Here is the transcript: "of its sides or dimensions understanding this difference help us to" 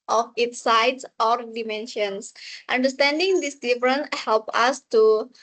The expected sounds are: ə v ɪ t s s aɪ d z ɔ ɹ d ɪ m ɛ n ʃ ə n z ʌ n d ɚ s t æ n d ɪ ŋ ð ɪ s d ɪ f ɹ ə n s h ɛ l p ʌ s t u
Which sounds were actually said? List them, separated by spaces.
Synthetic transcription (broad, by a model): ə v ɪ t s s aɪ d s ɔ ɹ d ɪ m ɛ n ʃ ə n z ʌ n d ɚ s t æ n d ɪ ŋ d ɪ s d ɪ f ɹ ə n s h ɛ l p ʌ s t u